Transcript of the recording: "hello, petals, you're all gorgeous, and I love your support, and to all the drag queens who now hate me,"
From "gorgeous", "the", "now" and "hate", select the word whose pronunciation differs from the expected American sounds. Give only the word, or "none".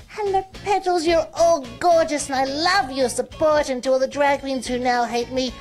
none